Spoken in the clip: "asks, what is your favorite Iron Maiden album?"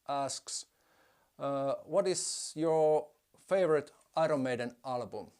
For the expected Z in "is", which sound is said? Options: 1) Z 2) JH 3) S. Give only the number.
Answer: 3